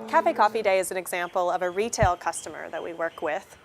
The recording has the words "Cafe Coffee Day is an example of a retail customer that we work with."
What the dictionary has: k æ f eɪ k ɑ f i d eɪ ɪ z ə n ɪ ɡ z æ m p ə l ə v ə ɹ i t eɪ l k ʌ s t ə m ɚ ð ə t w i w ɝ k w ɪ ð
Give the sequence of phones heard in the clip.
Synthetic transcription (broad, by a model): k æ f eɪ k ɑ f i d eɪ ɪ z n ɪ ɡ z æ m p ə l ə v ə ɹ i t eɪ l k ʌ s t ə m ɚ ð ə t w i w ɝ k w ɪ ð